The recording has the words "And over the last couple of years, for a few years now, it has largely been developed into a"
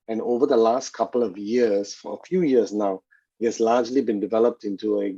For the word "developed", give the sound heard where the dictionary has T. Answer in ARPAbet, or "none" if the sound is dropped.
T